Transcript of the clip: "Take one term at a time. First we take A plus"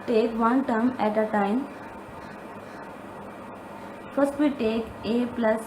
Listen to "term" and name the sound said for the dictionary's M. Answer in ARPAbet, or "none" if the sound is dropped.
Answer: M